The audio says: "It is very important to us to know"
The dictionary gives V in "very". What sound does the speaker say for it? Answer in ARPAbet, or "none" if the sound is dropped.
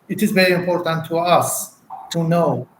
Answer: V